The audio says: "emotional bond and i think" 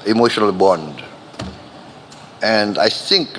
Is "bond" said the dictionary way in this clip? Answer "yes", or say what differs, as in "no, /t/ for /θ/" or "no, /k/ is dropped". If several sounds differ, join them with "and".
yes